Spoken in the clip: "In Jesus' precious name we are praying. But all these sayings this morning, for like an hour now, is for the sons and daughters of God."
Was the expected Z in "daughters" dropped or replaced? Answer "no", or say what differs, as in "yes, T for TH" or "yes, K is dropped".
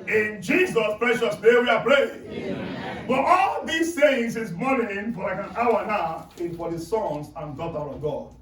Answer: yes, Z is dropped